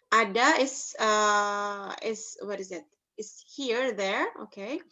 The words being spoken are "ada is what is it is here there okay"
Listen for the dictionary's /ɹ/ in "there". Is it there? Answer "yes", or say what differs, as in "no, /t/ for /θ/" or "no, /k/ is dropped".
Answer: yes